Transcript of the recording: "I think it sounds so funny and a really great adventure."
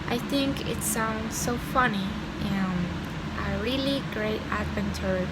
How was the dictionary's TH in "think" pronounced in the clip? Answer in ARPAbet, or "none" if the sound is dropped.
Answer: TH